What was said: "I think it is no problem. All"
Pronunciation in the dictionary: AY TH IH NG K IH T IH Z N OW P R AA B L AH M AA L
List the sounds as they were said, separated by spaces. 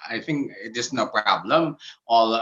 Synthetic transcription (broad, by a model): AY TH IH NG K IH T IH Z N OW P R AA B L AH M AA L